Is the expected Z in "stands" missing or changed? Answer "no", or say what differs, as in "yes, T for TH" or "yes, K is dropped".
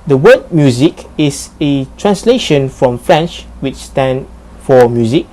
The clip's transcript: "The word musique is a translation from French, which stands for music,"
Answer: yes, Z is dropped